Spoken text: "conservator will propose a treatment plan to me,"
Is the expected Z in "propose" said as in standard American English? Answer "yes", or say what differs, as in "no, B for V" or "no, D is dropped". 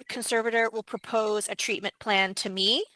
yes